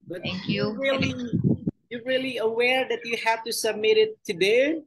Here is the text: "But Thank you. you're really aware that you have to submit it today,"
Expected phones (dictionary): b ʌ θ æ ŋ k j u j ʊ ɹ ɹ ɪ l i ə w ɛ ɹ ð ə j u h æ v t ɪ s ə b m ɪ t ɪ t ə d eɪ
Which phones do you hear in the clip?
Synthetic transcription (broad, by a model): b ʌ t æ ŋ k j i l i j ɹ ɪ l i ə w ɛ ɹ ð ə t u h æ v t ɪ s ə b m ɪ t ɪ t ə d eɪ